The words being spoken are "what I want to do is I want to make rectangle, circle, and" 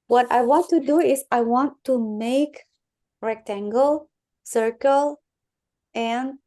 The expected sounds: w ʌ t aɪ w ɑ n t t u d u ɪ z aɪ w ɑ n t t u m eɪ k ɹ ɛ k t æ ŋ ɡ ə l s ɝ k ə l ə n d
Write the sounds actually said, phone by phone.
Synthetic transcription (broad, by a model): w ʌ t aɪ w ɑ n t t u d u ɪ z aɪ w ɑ n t t u m eɪ k ɹ ɛ k t æ ŋ ɡ ə l s ɝ k ə l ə n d